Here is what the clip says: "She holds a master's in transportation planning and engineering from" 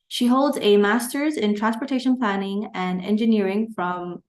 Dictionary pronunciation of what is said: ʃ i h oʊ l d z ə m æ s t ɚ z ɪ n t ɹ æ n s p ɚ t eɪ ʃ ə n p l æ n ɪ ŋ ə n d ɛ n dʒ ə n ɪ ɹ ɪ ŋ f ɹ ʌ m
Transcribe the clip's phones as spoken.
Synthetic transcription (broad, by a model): ʃ i h oʊ l d z ə m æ s t ɚ z ɪ n t ɹ æ n s p ɚ t eɪ ʃ ə n p l æ n ɪ ŋ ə n ɛ n dʒ ə n ɪ ɹ ɪ ŋ f ɹ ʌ m